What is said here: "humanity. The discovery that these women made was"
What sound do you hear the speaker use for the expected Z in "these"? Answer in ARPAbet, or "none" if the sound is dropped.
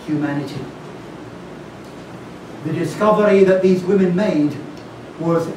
Z